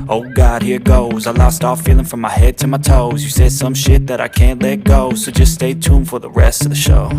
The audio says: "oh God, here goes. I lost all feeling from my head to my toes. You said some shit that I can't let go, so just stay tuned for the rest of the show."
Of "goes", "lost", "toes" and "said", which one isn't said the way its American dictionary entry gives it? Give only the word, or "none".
none